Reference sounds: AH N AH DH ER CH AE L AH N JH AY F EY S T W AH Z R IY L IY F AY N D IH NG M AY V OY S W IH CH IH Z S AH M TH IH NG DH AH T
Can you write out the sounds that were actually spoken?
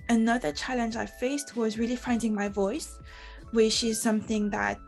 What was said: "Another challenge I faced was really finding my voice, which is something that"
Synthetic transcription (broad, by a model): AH N AH DH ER CH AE L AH N JH AY F EY S T W AH Z R IY L IY F AY N D IH NG M AY V OY S W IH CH IH Z S AH M TH IH NG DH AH T